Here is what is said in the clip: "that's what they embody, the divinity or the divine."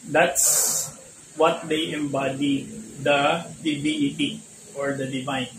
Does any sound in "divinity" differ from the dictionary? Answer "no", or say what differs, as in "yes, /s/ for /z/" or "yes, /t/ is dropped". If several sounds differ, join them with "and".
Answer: yes, /b/ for /v/ and /n/ is dropped